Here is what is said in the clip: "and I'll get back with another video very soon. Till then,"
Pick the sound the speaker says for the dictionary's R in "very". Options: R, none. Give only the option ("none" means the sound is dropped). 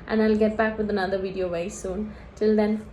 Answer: none